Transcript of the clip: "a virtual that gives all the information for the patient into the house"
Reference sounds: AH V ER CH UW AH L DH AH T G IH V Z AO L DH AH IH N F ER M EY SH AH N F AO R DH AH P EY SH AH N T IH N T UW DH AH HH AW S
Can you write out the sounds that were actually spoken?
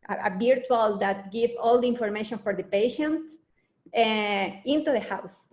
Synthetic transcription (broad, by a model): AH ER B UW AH L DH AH T G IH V AO L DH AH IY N F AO M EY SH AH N F AO R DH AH P EY SH AH N T IH N T UW DH AH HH AW S